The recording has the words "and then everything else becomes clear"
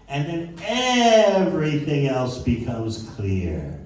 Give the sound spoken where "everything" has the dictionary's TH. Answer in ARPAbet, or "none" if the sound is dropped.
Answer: TH